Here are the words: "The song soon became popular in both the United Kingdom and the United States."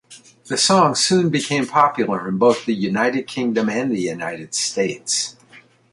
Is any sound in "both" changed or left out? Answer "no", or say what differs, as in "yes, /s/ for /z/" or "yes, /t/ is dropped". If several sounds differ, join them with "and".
no